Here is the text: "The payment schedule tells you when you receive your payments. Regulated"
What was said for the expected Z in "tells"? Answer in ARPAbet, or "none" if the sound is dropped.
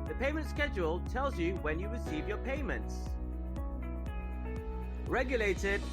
Z